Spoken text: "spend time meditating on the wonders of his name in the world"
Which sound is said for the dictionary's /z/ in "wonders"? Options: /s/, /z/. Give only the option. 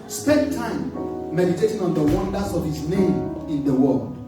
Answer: /s/